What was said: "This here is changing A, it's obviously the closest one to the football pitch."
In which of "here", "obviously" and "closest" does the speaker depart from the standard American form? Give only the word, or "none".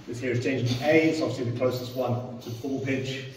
obviously